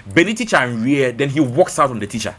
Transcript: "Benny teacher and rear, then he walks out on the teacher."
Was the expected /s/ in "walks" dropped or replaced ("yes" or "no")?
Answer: no